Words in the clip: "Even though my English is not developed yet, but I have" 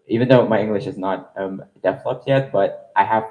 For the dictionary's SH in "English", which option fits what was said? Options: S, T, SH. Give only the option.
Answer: SH